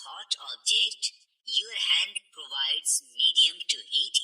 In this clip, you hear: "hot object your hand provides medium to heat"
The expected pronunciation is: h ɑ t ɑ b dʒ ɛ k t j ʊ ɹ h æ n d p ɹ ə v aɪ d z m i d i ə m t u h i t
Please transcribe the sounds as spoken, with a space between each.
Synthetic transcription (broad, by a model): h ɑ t ɑ b dʒ ɛ k t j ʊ h æ n d p ɹ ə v aɪ d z m i d i ə m t u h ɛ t